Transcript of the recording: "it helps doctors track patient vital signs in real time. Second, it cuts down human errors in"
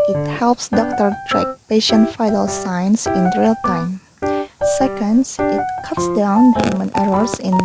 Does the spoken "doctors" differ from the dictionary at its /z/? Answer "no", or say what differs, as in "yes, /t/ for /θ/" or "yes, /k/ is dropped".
yes, /z/ is dropped